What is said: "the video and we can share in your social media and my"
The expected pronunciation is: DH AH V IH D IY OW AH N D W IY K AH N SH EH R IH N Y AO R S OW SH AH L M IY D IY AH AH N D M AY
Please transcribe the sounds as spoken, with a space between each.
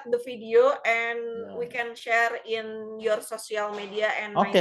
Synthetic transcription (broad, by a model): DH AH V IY D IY OW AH N W IY K AH N SH EH R IH N Y AO R S OW S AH L M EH D IY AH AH N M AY